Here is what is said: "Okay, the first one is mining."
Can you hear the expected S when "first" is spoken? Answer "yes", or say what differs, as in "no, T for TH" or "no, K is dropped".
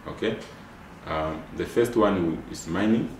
yes